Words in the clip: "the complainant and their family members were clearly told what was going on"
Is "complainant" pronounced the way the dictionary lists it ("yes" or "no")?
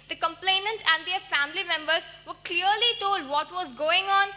yes